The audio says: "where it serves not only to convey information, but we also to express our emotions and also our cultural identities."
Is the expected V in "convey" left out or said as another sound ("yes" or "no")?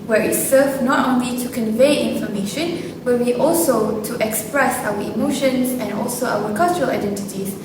no